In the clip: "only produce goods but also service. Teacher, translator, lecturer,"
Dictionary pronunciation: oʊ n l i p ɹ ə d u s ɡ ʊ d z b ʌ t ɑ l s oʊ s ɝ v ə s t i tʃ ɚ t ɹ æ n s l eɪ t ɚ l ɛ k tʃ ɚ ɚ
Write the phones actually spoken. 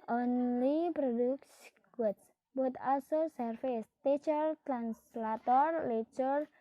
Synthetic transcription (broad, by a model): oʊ n l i p ɹ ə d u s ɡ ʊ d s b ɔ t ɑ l s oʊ s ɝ f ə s t i tʃ ɚ t ɹ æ n s l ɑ t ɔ l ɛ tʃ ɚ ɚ